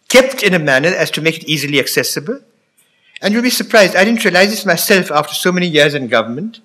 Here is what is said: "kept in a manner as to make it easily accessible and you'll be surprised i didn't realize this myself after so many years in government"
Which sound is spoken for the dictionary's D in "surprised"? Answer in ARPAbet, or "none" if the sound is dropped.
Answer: D